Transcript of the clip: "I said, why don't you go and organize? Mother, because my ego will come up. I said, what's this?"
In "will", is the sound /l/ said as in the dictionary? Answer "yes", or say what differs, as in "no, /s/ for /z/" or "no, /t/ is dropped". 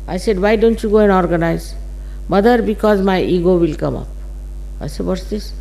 yes